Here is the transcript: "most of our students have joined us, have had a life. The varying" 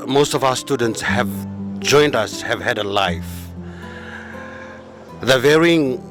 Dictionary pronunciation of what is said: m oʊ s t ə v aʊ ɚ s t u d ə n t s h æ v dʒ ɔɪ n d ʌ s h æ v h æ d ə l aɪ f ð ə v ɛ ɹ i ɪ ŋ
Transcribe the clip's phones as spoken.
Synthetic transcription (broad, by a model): m oʊ s t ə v aʊ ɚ s t u d ə n t s h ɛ v dʒ ɔɪ n d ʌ s h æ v h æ d ə l aɪ f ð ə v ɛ ɹ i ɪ ŋ